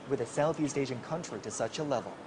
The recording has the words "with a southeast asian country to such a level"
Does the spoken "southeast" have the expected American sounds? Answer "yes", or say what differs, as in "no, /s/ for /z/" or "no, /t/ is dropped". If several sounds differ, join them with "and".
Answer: yes